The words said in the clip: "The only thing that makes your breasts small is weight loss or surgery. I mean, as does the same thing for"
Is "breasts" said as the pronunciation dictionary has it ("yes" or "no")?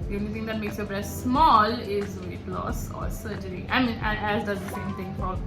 no